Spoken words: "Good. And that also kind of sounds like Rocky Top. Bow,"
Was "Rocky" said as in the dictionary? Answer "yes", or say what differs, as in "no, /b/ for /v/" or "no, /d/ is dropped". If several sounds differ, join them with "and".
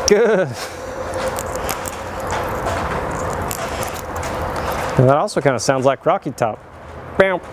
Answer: yes